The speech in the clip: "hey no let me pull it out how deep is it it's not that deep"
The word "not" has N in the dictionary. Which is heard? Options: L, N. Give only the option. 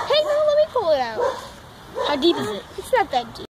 L